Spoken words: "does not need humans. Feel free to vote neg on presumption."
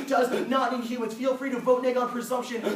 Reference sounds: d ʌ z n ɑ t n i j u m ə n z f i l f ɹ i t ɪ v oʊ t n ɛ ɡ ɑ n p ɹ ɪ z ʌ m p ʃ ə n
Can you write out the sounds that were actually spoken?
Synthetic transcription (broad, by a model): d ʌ z n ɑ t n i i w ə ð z f i l f ɹ i t ɪ v oʊ t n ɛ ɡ ɑ n p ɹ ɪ z ʌ m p ʃ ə n